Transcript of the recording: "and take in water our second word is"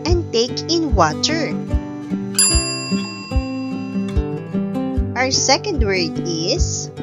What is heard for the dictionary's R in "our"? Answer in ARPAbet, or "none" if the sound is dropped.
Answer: R